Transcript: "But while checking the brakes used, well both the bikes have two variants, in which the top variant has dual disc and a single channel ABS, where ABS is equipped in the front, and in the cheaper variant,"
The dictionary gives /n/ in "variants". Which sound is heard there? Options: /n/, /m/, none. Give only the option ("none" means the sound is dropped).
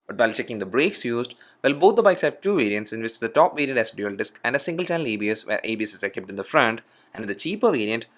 /n/